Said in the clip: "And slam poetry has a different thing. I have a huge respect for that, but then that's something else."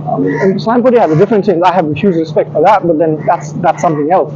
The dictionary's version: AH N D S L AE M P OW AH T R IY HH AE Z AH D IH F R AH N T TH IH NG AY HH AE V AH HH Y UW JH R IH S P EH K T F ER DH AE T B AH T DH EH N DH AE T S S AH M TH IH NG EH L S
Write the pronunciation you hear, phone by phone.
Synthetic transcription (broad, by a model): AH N S L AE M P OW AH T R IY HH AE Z AH D IH F R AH N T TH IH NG AY HH AE V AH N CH UW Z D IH S P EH K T F ER DH AE T B AH T DH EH N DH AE T S S AH M TH IH NG EH L S